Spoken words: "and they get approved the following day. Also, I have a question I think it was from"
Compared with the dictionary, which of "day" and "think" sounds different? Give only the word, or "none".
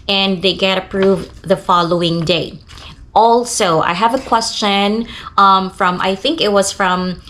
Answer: none